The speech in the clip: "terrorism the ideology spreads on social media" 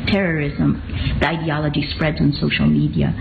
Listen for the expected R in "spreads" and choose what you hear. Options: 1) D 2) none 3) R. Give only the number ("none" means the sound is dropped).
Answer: 3